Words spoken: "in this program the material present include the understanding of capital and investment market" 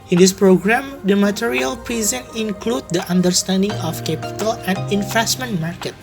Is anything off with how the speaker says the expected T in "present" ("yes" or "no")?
yes